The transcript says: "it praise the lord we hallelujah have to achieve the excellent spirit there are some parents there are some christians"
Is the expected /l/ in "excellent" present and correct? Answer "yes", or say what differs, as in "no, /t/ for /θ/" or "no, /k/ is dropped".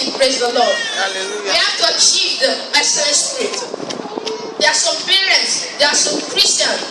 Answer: no, /l/ is dropped